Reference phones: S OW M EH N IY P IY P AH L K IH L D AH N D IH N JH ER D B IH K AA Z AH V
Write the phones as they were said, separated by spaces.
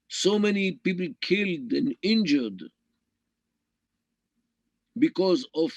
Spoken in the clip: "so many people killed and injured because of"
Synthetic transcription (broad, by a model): S OW M EH N IY P IY P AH L K IH L D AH N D IH N JH ER D B IH K AA Z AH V